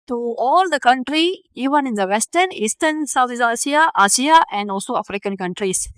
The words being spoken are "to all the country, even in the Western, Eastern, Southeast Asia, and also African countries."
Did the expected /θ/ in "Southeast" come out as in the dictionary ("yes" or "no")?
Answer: no